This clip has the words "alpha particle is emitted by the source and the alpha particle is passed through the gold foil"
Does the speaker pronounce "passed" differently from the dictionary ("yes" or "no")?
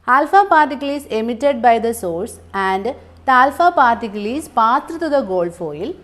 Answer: yes